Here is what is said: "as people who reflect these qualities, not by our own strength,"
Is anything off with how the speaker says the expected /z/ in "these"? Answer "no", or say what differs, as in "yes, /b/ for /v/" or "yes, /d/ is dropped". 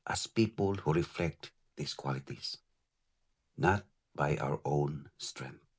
yes, /s/ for /z/